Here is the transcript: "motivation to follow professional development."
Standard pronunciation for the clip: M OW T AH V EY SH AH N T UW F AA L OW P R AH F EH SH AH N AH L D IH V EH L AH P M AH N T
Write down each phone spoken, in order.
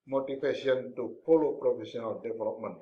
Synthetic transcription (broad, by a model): M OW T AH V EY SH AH N T UW P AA L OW P R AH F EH S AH N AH L D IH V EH L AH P M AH N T